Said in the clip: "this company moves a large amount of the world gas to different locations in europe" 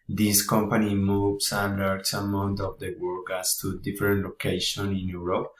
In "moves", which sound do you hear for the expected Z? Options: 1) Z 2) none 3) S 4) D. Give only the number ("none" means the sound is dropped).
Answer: 3